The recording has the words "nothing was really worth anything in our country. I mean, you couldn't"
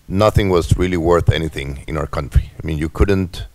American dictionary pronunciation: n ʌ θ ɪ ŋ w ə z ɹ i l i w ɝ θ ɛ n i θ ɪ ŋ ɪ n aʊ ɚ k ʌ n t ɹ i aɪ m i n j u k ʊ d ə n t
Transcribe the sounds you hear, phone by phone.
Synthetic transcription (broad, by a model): n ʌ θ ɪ ŋ w ə z ɹ i l i w ɝ θ ɛ n i θ ɪ ŋ ɪ n aʊ ɚ k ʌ n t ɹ i aɪ m i n j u k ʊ d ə n t